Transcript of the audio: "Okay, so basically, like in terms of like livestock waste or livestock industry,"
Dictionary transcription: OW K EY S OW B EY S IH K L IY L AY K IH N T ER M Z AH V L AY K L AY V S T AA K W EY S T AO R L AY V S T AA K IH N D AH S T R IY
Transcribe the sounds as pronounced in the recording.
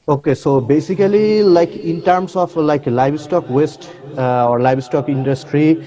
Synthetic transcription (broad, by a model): OW K EY S OW B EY S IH K L IY L AY K IH N T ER M S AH F L AY K L AY B S T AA K W EY S T AO R L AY B S T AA K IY N D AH S T R IY